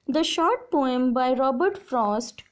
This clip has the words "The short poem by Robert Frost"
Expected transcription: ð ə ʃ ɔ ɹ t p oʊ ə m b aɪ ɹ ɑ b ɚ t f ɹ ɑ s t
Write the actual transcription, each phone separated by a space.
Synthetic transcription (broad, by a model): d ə ʃ ɔ ɹ t p oʊ ə m b aɪ ɹ ɑ b ɚ t f ɹ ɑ s t